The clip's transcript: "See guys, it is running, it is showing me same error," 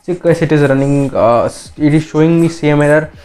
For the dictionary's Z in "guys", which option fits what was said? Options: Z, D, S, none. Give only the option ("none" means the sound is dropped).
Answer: S